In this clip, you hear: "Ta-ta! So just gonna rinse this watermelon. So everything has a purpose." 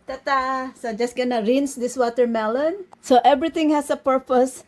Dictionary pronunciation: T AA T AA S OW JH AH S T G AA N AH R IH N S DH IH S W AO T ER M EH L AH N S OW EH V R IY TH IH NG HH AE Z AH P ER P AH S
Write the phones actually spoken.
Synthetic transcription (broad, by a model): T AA T AA S OW JH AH S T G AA N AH R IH N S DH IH S W AO T ER M EH L AH N S OW EH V R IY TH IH NG HH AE S AH P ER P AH S